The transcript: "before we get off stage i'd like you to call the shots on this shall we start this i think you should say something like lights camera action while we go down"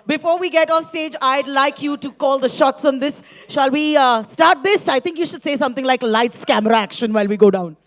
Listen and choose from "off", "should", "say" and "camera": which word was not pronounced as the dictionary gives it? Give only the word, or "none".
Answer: none